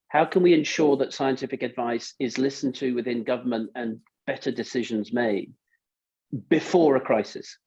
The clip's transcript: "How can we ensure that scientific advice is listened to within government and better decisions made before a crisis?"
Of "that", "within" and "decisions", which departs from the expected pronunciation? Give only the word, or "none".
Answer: none